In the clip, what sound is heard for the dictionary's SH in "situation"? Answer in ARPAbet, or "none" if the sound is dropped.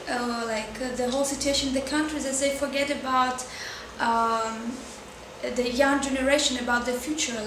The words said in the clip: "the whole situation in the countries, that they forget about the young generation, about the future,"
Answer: none